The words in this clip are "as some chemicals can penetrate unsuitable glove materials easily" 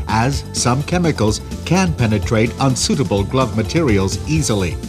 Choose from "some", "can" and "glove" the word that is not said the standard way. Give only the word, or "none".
none